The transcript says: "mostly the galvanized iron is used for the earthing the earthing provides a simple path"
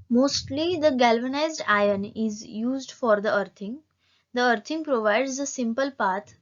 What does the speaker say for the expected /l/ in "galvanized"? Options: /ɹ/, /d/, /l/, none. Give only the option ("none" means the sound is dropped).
/l/